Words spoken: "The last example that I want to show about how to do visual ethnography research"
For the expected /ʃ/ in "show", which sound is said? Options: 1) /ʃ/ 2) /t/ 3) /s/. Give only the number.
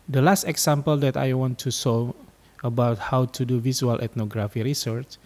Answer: 3